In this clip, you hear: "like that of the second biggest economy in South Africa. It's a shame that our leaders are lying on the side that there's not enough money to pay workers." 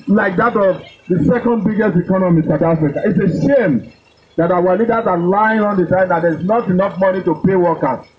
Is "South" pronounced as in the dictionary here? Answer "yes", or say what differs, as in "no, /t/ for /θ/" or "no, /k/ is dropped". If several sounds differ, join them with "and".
no, /t/ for /θ/